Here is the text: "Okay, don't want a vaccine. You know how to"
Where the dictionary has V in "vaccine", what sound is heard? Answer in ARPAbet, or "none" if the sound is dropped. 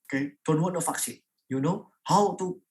F